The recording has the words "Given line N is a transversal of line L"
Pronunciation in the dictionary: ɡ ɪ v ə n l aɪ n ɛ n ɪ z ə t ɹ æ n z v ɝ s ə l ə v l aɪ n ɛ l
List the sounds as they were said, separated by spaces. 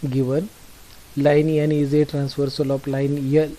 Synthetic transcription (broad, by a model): ɡ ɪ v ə n l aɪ n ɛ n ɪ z ə t ɹ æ n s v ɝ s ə l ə p l aɪ n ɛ